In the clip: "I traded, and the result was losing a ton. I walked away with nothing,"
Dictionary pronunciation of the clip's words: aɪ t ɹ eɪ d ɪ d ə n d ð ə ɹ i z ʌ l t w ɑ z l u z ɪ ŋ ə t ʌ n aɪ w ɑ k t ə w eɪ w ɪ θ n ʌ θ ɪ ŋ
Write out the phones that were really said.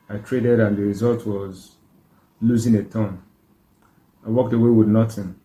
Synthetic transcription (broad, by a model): aɪ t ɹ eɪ d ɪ d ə n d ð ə ɹ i z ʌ l t w ɑ z l u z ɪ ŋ ə t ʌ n aɪ w ɑ k t ə w eɪ w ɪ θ n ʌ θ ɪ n